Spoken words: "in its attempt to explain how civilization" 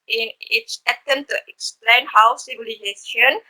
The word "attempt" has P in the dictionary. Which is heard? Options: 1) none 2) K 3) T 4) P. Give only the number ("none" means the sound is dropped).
1